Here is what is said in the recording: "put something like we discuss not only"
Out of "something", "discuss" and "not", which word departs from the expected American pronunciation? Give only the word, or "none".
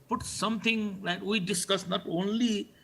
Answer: something